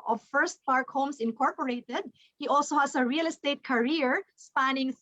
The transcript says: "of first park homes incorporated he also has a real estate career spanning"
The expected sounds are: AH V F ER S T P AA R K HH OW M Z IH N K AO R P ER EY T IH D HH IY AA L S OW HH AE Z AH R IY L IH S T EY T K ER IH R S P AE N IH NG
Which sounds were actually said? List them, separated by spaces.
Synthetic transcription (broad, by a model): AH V F ER S T P AA R K HH OW M S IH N K AO R P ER EY T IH D HH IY AA L S OW HH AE S AH R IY L IH S T EY T K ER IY R S P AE N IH NG